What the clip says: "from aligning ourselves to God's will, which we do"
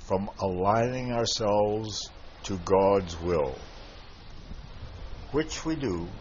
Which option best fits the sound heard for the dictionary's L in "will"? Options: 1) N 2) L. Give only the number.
2